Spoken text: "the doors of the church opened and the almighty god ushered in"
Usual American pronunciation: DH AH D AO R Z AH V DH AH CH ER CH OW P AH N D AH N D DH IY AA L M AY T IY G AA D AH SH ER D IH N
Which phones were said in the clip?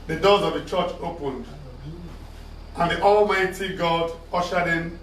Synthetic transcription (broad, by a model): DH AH D AO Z AH V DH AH CH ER CH OW P AH N D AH N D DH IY AA L M AY T IY G AA D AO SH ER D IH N